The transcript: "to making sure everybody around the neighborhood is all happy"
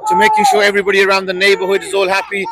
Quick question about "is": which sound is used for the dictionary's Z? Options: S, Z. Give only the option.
Z